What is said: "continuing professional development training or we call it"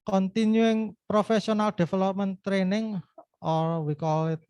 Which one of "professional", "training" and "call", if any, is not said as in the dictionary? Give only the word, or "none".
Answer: professional